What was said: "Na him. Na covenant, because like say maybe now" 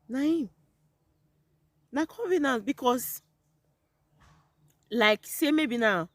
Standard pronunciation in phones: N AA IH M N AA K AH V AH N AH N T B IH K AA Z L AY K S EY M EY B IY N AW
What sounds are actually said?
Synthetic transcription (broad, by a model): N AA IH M N AA K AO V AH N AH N B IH K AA S L AY K S EY M EY B IY N AW